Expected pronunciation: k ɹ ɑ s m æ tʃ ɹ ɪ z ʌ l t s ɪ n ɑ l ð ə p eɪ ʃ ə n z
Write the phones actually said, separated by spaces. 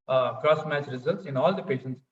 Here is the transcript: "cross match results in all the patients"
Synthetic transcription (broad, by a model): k ɹ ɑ s m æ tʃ ɹ ɪ z ʌ l t s ɪ n ɑ l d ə p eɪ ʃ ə n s